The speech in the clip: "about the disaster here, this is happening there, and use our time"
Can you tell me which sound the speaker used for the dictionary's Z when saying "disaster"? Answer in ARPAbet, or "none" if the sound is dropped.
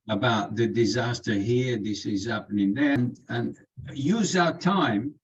Z